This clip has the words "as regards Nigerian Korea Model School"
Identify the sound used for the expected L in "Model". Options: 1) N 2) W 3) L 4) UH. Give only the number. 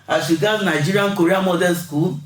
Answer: 1